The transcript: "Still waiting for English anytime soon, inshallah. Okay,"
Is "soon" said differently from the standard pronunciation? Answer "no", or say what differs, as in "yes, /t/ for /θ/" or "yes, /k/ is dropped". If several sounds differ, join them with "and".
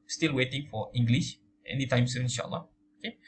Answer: yes, /n/ is dropped